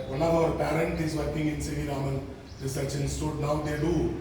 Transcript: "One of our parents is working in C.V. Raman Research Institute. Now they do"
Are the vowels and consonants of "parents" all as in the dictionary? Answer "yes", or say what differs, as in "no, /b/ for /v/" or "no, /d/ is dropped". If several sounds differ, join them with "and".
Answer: no, /s/ is dropped